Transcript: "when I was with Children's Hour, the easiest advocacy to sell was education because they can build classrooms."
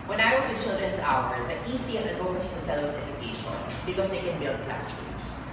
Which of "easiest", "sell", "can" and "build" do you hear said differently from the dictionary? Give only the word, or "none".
easiest